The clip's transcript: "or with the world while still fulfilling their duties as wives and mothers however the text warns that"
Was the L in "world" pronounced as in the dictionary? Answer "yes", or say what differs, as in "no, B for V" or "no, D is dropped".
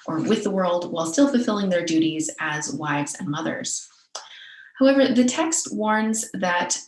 yes